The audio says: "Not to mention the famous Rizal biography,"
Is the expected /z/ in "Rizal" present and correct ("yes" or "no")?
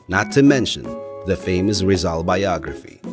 yes